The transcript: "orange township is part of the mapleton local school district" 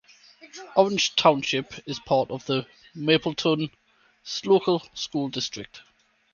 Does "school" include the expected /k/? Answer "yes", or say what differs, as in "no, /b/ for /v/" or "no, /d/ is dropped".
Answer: yes